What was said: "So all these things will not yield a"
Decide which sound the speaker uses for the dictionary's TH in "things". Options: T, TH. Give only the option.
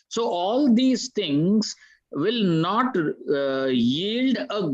T